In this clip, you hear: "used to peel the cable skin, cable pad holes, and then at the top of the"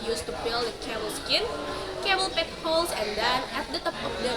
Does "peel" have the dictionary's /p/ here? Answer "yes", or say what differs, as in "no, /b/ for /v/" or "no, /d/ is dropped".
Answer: no, /b/ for /p/